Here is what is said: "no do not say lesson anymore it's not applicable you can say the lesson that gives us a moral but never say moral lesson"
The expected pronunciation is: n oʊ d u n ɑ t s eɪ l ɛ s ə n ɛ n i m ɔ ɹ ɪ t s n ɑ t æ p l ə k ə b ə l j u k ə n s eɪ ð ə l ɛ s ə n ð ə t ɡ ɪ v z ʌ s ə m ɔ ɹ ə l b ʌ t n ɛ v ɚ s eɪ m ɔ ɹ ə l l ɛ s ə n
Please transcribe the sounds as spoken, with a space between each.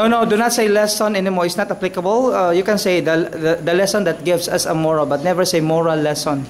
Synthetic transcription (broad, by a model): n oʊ d u n ɑ t s eɪ l ɛ s ə n ɛ n i m ɔ ɹ ɪ t s n ɑ t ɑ p l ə k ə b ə l j u k ə n s eɪ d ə l ɛ s ə n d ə t ɡ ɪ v s ʌ s ə m ɔ ɹ ə l b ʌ t n ɛ v ɚ s eɪ m ɔ ɹ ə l l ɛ s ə n